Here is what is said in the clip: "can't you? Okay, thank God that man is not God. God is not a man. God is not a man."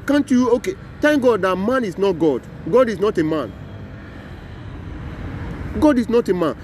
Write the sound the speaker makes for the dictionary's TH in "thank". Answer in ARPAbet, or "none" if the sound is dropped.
T